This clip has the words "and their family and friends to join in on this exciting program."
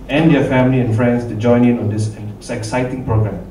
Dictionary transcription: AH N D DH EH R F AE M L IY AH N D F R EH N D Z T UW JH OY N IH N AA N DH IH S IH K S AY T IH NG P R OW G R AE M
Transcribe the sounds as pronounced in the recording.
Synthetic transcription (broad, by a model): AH N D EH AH F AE M L IY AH N F R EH N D S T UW JH OY N IH N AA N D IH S IH K S AY T IH NG P R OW G R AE M